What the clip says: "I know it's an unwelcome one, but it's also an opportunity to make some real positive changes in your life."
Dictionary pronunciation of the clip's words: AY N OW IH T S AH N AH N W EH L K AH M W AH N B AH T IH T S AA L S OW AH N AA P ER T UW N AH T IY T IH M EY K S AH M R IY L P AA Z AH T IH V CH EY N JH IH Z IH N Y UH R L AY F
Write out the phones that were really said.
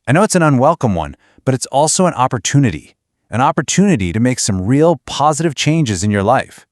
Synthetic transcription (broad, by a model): AY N OW IH T S AH N AH N W EH L K AH M W AH N B AH T IH T S AA L S OW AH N AA P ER T UW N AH T IY T IH M EY K S AH M R IY L P AA Z AH T IH V CH EY N JH IH Z IH N Y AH R L AY F